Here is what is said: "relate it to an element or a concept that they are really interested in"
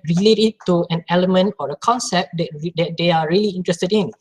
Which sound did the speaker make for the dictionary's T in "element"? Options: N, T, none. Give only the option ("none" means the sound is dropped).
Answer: T